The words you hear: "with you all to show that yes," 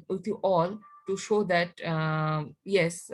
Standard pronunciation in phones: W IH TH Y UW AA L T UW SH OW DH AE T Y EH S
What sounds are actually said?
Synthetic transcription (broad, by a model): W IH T Y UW AA L T UW SH OW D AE T Y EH S